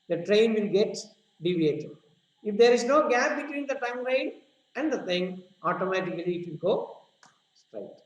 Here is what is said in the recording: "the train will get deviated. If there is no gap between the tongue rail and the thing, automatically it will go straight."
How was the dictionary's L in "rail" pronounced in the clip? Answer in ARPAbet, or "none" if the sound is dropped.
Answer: N